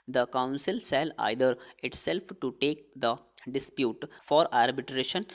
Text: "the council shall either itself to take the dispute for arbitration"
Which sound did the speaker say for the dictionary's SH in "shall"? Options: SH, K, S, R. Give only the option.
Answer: S